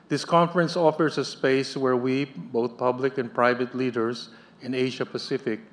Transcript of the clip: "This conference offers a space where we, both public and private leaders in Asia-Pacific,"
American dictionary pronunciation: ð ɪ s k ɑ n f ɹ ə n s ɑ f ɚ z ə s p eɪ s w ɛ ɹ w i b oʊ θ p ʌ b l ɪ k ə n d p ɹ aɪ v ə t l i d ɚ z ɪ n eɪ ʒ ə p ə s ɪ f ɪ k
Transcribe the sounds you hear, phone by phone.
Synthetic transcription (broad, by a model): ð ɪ s k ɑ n f ɹ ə n s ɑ f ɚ s ə s p eɪ s w ɛ ɹ w i b oʊ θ p ʌ b l ɪ k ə n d p ɹ aɪ v ə t l i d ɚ s ɪ n eɪ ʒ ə p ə s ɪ f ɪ k